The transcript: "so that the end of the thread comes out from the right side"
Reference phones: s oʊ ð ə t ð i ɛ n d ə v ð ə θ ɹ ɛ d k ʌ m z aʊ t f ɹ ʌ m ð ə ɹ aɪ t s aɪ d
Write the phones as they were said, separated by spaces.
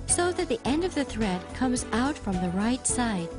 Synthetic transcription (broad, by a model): s oʊ ð ə t ð i ɛ n d ə v ð ə θ ɹ ɛ d k ʌ m z aʊ t f ɹ ʌ m ð ə ɹ aɪ t s aɪ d